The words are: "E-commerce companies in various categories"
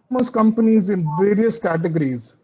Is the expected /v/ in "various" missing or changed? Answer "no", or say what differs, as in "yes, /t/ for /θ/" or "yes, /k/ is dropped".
no